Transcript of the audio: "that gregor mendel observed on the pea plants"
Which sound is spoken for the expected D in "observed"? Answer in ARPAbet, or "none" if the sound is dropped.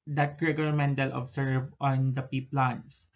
none